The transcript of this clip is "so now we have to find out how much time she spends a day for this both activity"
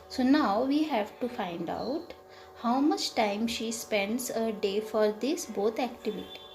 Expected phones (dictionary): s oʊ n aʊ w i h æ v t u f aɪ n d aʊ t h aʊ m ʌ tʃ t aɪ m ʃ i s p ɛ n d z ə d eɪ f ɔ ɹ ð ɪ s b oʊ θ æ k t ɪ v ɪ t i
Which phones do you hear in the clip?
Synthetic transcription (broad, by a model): s oʊ n aʊ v i h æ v t u f aɪ n d aʊ t h aʊ m ʌ tʃ t aɪ m ʃ i s p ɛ n d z ə d eɪ f ɔ ɹ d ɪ s b oʊ t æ k t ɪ v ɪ t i